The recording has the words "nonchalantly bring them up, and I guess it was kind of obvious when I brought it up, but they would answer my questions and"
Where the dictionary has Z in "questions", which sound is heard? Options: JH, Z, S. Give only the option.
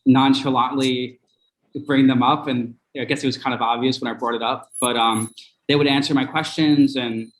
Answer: Z